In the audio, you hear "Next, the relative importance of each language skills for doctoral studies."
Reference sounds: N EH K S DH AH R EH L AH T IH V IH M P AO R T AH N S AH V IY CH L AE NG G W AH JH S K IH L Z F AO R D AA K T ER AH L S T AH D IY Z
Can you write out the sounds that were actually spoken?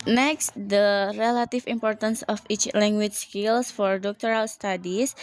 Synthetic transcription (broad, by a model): N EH K S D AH R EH L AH T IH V IH M P AO R T AH N S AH F IY CH L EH NG G W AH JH S K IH L S F AO R D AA K T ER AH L S T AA D IY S